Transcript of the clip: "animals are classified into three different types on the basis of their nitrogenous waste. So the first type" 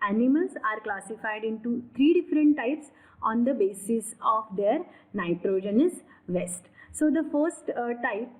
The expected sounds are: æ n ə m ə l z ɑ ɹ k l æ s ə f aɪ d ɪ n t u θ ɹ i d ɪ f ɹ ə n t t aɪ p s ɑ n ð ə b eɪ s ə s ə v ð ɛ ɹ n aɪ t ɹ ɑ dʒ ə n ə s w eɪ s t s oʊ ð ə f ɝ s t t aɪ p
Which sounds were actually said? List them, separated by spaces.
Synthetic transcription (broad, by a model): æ n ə m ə l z ɑ ɹ k l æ s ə f aɪ d ɪ n t u t ɹ i d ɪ f ɹ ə n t t aɪ p s ɑ n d ə b eɪ s ə s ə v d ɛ ɹ n aɪ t ɹ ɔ dʒ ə n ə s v eɪ s t s oʊ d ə f ɝ s t t aɪ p